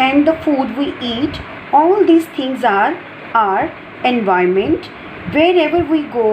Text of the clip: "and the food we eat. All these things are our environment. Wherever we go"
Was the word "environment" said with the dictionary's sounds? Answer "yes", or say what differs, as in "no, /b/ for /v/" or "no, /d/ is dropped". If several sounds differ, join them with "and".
no, /ɹ/ is dropped